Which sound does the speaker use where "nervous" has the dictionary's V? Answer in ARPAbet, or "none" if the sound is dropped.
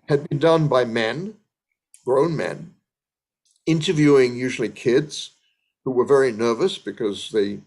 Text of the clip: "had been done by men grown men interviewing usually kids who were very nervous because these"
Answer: V